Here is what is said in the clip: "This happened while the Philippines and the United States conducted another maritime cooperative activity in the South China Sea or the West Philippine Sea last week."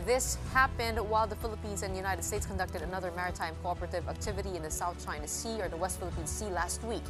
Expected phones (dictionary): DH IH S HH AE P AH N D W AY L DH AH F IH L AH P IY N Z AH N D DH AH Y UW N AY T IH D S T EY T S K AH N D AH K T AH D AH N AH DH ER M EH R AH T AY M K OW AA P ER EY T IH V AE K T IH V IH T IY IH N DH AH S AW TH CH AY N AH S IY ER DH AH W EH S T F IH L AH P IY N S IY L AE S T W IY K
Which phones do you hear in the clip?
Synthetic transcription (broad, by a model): DH IH S HH AE P AH N D W AY L DH AH F IH L AH P IY N Z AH N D DH AH Y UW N AY T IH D S T EY T S K AH N D AH K T AH D AH N AH DH ER M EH R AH T AY M K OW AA P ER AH T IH V AE K T IH V IH T IY IH N DH AH S AW TH CH AY N AH S IY ER DH AH W EH S T F IH L AH P IY N S IY L AE S T W IY K